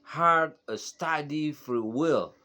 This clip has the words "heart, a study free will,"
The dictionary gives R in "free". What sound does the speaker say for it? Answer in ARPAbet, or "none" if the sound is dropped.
R